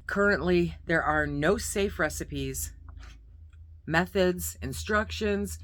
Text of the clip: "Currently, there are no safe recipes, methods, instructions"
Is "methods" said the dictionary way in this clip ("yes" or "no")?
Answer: yes